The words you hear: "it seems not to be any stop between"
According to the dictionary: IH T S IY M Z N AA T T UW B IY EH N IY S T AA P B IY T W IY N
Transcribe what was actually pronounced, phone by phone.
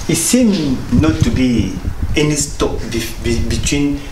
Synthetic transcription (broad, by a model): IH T S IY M N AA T T UW B IY EH N IY S T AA B B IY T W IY N